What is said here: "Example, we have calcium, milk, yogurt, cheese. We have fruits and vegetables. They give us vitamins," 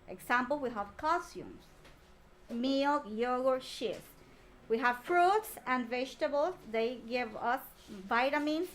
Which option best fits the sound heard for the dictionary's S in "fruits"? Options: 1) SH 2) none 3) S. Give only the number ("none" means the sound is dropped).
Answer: 3